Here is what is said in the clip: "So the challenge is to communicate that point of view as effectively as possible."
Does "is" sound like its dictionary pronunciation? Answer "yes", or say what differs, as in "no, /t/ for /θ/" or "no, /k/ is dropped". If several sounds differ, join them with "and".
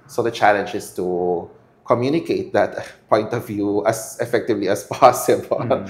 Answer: no, /s/ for /z/